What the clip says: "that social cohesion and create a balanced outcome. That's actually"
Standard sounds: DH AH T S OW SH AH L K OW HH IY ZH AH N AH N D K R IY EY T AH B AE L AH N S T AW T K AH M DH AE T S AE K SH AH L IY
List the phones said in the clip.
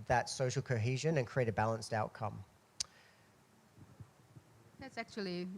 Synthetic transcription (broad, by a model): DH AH T S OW SH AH L K OW HH IY ZH AH N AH N K R IY EY T AH B AE L AH N S T AW T K AH M DH AE T S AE K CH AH L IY